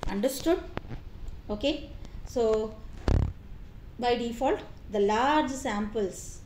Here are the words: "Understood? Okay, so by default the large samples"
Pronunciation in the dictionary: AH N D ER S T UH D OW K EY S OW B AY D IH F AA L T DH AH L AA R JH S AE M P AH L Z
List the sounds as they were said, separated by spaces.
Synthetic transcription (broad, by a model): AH N D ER S T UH D OW K EY S OW B AY D IH F AA L T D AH L AA R JH S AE M P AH L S